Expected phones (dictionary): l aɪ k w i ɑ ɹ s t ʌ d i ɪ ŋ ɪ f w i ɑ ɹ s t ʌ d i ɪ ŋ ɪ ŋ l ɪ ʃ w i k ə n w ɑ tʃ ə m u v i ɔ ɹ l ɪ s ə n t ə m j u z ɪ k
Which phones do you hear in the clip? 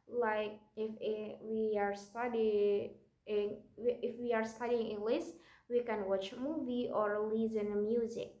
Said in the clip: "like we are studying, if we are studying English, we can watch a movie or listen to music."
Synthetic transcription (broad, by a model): l aɪ k w i ɑ ɹ s t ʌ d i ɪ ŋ ɪ f w i ɑ ɹ s t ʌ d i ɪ ŋ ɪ l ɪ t w i k ə n w ɑ tʃ m u v i ɔ ɹ l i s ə n m j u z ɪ k